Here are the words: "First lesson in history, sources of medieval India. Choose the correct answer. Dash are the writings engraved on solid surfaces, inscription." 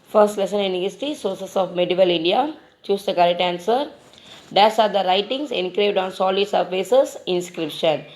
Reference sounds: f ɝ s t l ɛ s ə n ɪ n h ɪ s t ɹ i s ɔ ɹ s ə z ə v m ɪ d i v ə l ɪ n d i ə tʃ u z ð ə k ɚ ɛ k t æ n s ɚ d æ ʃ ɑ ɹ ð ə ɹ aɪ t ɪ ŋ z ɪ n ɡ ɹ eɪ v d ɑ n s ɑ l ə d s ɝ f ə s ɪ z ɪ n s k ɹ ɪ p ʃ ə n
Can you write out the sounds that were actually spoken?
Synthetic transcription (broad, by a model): f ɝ s t l ɛ s ə n ɪ n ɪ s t i s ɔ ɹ s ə s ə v m ɪ d i v ə l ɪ n d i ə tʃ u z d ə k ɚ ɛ t æ n s ɚ d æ s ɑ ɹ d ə ɹ aɪ t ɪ ŋ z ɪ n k ɹ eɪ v d ɑ n s ɑ l ə d s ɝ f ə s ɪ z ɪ n s k ɹ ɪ p ʃ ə n